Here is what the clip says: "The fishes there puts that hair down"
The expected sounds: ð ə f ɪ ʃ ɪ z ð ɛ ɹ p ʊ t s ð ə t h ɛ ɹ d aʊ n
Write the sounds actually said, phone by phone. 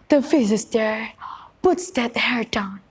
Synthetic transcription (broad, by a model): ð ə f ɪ s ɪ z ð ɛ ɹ p ʊ t s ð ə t h ɛ ɹ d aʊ n